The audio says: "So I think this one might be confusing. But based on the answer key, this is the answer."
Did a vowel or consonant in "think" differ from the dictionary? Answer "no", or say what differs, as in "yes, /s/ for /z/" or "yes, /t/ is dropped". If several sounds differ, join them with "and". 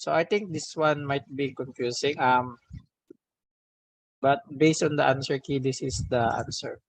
yes, /t/ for /θ/